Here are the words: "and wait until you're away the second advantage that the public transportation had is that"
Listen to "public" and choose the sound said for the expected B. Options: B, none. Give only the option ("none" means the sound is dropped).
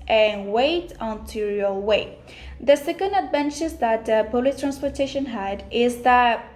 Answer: none